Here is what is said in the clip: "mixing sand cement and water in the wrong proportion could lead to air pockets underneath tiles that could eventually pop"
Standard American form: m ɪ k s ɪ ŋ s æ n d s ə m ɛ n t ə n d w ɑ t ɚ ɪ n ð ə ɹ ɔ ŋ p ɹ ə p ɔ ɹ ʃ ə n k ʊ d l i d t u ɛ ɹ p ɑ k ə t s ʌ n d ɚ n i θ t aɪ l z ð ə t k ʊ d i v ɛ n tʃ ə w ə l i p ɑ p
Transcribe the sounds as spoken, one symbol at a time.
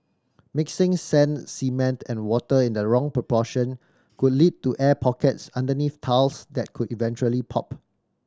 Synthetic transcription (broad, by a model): m ɪ k s ɪ ŋ s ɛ n s ə m ɛ n t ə n w ɑ t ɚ ɪ n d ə ɹ ɔ ŋ p ɹ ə p ɔ ʃ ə n k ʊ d l i d t u ɛ p ɑ k ə t s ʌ n d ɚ n i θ t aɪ l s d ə t k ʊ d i v ɛ n tʃ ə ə l i p ɑ p